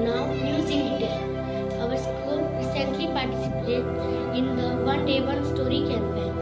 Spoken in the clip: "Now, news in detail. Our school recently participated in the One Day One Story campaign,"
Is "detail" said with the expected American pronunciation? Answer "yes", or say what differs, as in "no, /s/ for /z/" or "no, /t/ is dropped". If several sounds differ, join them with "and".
no, /n/ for /l/